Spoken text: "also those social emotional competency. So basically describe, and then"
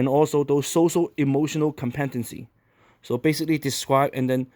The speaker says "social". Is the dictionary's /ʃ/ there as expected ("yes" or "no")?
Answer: yes